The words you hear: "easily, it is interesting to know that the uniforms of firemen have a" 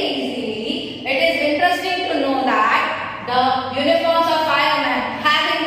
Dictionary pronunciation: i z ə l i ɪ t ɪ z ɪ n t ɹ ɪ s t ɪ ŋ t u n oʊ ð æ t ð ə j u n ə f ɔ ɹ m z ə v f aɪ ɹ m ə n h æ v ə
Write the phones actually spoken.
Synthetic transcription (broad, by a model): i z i ɪ t ɪ z ɪ n t ɹ ɪ s t ɪ ŋ t u n oʊ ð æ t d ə j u n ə f ɔ ɹ m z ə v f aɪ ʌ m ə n h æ b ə